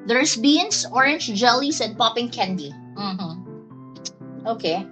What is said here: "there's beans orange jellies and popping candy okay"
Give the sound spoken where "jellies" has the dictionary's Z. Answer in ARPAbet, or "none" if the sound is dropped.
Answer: S